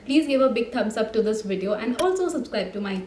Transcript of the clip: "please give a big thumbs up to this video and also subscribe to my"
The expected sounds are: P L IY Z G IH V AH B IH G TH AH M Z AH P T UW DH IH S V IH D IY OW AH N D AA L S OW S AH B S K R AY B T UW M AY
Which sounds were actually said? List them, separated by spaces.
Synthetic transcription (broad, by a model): P L IY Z G IH V AH B IH G T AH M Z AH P T UW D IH S V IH D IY OW AH N D AA L S OW S AH B S K R AY B T UW M AY